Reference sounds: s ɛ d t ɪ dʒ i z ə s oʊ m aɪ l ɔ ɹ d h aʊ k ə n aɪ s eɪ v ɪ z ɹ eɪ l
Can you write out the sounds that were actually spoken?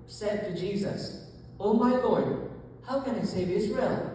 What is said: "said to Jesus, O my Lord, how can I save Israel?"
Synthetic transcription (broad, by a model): s ɛ d t ɪ dʒ i z ə s oʊ m aɪ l ɔ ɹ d h aʊ k ə n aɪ s eɪ v ɪ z ɹ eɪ l